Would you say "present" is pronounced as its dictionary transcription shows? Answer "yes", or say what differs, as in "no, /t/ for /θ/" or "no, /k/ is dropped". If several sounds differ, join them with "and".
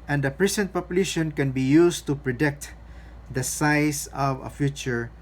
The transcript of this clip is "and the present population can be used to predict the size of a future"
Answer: no, /s/ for /z/